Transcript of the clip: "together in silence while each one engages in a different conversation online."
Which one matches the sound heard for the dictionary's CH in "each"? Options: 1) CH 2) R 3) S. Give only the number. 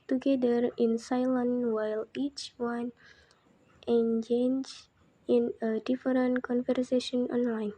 1